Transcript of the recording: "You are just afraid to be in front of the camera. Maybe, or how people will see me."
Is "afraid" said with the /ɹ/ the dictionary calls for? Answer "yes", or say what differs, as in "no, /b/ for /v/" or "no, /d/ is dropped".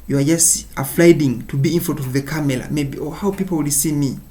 no, /l/ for /ɹ/